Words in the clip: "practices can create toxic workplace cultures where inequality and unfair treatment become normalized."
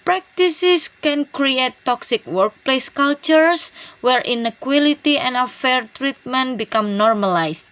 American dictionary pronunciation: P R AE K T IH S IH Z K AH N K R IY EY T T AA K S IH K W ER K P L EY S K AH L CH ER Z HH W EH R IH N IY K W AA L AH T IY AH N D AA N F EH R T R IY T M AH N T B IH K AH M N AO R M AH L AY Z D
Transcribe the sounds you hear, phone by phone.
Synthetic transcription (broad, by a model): P R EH K T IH S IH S K AH N K R IY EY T T AA K S IH K W ER K P L EY S K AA L CH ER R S W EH R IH N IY K W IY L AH T IY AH N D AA F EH R T R IY T M AH N T B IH K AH M N AO R M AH L AY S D